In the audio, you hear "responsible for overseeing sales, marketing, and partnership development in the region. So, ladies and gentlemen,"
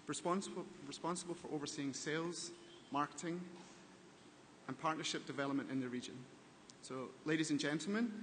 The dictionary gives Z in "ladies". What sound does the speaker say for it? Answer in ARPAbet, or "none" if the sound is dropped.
Z